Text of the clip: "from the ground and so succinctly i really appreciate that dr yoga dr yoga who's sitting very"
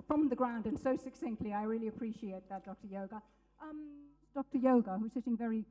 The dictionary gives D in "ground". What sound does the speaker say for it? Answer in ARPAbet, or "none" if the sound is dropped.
D